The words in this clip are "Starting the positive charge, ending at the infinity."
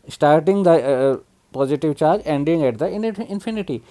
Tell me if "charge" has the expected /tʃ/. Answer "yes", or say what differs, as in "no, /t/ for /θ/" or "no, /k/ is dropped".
yes